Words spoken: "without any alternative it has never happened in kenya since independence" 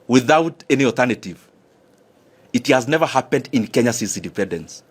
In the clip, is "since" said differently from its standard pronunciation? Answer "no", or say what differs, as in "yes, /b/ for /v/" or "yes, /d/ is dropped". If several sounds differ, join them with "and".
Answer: yes, /n/ is dropped